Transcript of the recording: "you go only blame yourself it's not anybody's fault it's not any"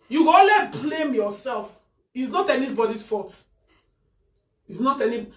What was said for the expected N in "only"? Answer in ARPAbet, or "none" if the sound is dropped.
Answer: none